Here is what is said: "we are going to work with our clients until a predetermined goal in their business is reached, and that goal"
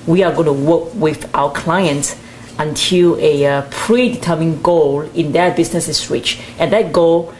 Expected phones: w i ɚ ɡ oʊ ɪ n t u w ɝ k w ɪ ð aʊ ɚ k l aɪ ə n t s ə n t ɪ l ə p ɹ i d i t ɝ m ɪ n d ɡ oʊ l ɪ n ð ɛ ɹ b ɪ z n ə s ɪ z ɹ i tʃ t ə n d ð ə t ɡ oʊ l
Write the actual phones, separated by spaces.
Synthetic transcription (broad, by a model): w i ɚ ɡ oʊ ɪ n t u w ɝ k w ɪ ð aʊ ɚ k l aɪ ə n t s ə n t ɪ l ə p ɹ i d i t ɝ m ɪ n ɡ oʊ l ɪ n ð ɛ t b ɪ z n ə s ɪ s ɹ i tʃ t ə n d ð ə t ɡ oʊ l